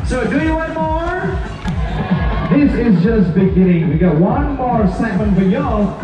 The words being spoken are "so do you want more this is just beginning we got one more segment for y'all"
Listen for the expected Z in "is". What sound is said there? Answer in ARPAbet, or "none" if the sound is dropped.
Z